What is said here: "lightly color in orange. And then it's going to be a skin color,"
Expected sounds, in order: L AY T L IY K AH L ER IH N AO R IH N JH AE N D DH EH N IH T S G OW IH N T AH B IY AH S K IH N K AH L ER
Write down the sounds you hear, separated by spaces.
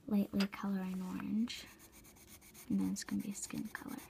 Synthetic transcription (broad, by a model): L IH T L IY K AH L ER IH N AO R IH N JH N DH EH IH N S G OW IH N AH B IY AH S K IH N K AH L ER